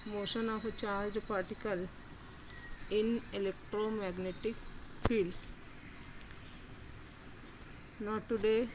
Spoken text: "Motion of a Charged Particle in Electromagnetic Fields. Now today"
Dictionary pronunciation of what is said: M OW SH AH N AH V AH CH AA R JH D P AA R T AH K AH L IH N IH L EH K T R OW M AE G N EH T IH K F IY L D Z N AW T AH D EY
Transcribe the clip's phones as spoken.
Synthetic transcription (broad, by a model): M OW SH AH N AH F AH CH AA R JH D P AA R T AH K AH L IH N IH L EH K T R OW M AE G N EH T IH K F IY L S N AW T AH D EY